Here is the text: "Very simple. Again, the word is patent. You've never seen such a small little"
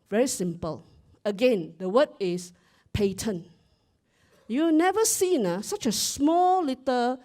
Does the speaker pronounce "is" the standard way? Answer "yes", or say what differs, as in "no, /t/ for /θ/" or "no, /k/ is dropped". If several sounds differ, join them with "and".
no, /s/ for /z/